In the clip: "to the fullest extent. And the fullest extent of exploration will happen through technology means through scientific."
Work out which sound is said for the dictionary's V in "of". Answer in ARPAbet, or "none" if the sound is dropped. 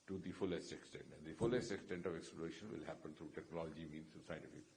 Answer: V